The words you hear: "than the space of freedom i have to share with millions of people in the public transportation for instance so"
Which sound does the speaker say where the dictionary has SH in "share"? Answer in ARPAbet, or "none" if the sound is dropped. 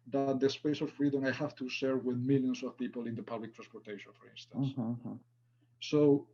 S